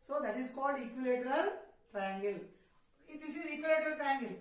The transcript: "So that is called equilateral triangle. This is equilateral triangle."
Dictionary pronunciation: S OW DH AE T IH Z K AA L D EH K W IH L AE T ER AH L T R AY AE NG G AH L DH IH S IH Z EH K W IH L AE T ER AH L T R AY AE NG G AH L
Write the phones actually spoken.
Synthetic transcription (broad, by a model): S OW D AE T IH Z K AA L D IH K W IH L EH T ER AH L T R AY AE NG G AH L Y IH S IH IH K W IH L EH T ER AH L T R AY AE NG G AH L